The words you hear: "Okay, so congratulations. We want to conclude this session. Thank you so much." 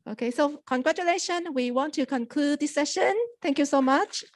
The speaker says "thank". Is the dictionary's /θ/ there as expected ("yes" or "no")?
no